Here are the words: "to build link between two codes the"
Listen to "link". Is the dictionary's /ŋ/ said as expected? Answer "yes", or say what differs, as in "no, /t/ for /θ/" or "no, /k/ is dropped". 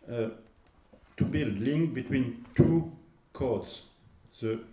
yes